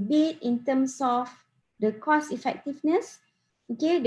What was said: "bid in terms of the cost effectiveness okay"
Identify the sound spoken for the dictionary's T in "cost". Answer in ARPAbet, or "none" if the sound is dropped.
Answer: none